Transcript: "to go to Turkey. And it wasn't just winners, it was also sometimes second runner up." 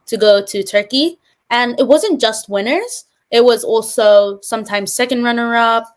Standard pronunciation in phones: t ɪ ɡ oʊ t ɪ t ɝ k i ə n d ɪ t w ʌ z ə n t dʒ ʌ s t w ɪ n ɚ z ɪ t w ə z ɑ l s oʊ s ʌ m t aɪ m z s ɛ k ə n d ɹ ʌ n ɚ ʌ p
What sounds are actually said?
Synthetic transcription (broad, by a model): t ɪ ɡ oʊ t ɪ t ɝ k i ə n ɪ t w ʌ z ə n dʒ ʌ s t w ɪ n ɚ z ɪ t w ə z ɑ l s oʊ s ʌ m t aɪ m z s ɛ k ə n d ɹ ʌ n ɚ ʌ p